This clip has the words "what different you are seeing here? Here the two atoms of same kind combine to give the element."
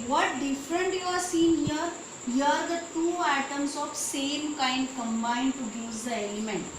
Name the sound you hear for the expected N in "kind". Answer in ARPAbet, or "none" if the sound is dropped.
N